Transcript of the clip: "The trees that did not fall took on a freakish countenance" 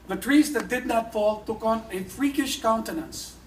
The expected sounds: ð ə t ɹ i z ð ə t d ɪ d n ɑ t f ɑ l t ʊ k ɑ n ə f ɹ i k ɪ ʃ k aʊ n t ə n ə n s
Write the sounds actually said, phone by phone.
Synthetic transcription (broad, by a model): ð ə t ɹ i z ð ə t d ɪ d n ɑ t f ɑ l t ʊ k ɑ n ə f ɹ i k ɪ ʃ k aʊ n t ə n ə n s